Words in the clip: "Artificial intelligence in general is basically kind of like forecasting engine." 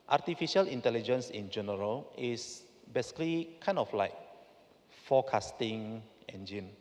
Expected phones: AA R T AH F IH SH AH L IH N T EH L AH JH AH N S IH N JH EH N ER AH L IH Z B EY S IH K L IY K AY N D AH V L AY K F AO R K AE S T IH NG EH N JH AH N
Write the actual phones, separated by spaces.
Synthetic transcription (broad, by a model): AA T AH F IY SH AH L IH N T EH L AH JH AH N S IH N JH EH N ER AH L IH S B EY S IH K L IY K AY N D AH F L AY K F AO K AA S T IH NG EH N JH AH N